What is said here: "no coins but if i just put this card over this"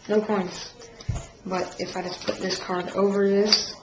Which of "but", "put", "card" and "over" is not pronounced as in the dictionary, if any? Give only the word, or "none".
none